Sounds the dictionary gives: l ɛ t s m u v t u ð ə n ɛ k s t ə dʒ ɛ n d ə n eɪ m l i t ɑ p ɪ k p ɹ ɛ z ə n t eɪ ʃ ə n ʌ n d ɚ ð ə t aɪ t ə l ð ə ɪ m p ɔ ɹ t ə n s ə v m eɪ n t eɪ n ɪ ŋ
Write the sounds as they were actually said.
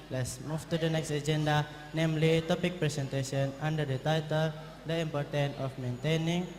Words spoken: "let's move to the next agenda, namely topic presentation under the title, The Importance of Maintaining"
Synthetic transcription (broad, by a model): l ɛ t s m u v t u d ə n ɛ k s t ə dʒ ɛ n d ə n eɪ m l i t ɑ p ɪ k p ɹ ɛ s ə n t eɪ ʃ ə n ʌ n d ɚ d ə t aɪ t ə l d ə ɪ m p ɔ ɹ t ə n ə f m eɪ n t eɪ n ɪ ŋ